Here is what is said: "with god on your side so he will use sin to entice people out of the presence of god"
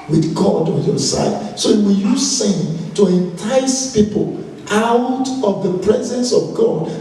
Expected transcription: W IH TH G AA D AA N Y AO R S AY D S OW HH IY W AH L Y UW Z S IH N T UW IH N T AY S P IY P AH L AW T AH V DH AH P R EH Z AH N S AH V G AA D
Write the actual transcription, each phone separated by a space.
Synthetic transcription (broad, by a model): W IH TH G AA D AA N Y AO S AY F S OW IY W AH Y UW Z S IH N T UW IH N T AY S P IY P AH L AW T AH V DH AH P R EH Z AH N S AH V G AA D